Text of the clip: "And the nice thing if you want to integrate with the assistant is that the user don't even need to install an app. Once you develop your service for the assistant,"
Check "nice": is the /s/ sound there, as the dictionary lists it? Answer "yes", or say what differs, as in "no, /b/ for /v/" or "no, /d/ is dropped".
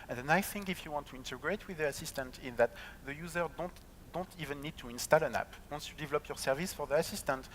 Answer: no, /s/ is dropped